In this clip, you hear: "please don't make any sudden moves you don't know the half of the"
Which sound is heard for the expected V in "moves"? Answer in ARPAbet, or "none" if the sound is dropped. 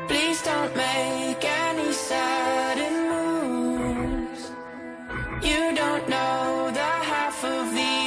none